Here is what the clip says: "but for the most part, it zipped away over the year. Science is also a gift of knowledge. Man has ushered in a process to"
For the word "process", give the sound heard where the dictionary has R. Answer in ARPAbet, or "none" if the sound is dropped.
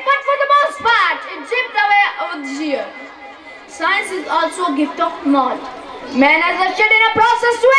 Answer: R